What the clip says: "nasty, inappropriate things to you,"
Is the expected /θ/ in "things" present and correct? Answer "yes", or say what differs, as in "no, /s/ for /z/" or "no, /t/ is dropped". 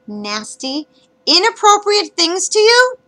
yes